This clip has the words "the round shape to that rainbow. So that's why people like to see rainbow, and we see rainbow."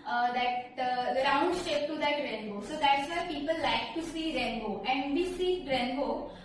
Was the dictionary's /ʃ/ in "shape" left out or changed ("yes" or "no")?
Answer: yes